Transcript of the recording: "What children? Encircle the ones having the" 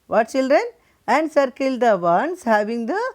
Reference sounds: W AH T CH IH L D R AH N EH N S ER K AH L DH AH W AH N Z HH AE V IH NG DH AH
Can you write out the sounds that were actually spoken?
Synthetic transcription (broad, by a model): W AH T CH IH L D R AH N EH N S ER K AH L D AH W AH N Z HH AE V IH NG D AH